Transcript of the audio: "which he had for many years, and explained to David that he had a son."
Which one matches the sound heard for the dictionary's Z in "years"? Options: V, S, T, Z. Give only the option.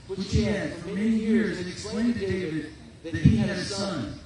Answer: Z